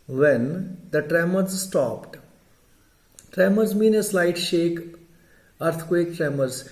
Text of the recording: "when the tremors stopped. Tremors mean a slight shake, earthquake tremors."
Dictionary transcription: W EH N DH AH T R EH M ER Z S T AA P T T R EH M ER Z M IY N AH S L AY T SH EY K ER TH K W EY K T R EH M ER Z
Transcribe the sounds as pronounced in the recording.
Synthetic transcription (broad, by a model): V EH N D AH T R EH M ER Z S T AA P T T R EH M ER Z M IY N AH S L AY T SH EY K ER T K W EY K T R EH M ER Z